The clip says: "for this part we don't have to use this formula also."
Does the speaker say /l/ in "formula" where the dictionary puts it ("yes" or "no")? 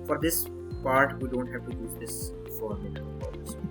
no